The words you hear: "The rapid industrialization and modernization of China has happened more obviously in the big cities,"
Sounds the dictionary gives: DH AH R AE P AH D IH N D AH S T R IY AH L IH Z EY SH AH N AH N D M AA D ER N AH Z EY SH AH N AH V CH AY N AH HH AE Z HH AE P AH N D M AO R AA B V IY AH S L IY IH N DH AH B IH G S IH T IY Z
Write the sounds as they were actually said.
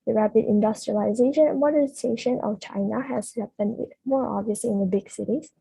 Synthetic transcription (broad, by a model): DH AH R AE P AH D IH N D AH S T R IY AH L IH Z EY SH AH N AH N M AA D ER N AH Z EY SH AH N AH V CH AY N AH HH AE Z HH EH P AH N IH M AO R AA B V IY AH S L IY IH N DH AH B IH G S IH T IY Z